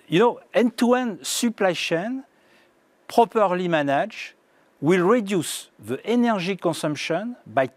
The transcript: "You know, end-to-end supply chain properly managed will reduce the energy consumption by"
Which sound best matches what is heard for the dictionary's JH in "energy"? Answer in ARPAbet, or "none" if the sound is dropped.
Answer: ZH